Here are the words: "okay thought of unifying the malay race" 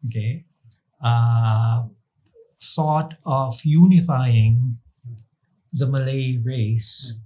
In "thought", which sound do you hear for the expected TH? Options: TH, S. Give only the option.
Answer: S